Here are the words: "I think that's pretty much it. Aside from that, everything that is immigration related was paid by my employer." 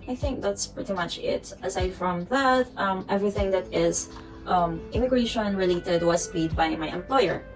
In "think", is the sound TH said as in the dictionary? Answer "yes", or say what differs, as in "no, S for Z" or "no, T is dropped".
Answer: yes